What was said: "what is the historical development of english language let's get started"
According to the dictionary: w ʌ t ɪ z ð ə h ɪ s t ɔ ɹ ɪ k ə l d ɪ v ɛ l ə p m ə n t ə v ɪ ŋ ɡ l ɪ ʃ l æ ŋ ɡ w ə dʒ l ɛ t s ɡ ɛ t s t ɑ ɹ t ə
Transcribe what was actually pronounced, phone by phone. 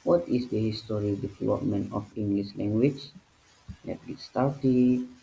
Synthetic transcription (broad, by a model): w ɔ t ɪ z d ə h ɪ s t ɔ ɹ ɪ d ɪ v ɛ l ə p m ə n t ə f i ŋ ɡ l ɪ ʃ l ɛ ŋ ɡ w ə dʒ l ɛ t ɡ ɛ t s t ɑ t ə